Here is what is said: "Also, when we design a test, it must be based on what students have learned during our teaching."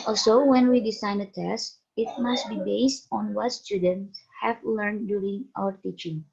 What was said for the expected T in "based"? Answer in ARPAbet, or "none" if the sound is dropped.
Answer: T